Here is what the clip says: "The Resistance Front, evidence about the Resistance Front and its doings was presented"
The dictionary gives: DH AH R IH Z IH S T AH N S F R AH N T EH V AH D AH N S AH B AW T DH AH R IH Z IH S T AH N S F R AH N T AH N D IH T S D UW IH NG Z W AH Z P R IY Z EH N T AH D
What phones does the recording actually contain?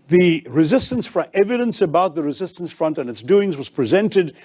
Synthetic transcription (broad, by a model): DH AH R IH Z IH S T AH N S F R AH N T EH V AH D AH N S AH B AW T DH AH R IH Z IH S T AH N S F R AH N T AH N IH T S D UW IH NG Z W AH Z P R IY Z EH N T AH D